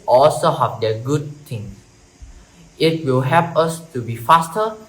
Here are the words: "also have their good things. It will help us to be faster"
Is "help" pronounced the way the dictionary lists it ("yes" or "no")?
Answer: no